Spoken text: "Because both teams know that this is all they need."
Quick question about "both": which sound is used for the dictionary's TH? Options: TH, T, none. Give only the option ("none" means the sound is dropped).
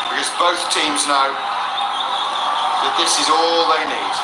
TH